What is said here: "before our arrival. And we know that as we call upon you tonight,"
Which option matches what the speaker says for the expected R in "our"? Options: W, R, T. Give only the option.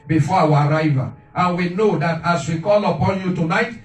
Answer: R